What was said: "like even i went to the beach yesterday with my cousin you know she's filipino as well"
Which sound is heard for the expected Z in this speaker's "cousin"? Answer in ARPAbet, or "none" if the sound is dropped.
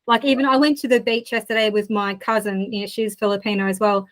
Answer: Z